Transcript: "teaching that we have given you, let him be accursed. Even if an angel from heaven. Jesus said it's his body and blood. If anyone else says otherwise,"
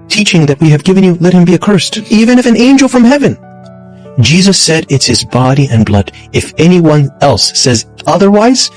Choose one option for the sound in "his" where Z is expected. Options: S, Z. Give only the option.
Z